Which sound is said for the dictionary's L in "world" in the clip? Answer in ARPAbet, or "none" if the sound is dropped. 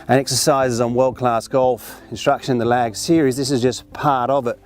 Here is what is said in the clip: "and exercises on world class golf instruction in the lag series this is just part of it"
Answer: L